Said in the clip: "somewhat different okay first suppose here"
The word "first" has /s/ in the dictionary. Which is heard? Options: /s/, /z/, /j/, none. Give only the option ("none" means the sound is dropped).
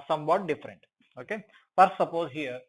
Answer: none